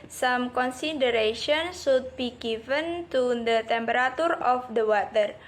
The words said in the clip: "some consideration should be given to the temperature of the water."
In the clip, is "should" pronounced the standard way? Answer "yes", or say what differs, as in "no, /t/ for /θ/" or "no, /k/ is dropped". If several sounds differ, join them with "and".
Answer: no, /s/ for /ʃ/